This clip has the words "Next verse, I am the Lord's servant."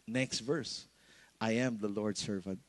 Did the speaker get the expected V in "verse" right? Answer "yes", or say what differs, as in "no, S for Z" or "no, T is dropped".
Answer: yes